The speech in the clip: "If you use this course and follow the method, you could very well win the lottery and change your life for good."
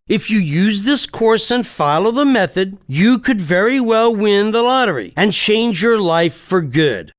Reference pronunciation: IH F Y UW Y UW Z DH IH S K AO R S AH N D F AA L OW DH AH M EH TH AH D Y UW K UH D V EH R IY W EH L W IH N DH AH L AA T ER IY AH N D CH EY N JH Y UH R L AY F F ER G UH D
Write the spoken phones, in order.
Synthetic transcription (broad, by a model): IH F Y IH Y UW Z DH IH S K AO R S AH N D F AA L OW DH AH M EH TH AH D Y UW K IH D V EH R IY W EH L W IH N DH AH L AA T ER IY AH N CH EY N JH Y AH R L AY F F ER G UH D